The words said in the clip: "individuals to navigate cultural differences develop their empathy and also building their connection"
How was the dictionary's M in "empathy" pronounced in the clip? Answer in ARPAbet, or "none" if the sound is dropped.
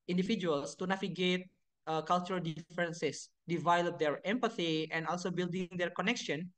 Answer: M